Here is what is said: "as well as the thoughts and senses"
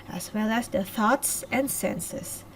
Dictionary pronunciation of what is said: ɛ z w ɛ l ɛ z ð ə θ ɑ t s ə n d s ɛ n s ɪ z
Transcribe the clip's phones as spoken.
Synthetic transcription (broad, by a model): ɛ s w ɛ l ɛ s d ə θ ɑ t s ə n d s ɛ n s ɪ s